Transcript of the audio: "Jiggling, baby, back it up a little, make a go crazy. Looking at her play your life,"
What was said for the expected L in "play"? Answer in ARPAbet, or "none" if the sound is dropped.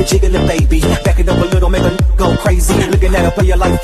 none